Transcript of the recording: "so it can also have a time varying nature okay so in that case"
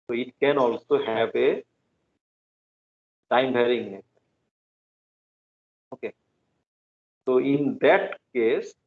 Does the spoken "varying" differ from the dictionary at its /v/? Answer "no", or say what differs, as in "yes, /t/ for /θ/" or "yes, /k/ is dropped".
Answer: yes, /b/ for /v/